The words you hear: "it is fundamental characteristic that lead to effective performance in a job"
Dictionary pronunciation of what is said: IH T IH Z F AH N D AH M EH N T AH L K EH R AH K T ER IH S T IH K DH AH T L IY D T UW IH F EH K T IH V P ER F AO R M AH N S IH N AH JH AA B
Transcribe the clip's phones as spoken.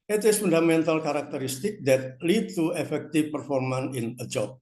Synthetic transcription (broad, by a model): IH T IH S F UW N D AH M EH N T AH L K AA R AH K T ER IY S T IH K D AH T L IY D T UW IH F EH K T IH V P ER F AO R M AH N IH N AH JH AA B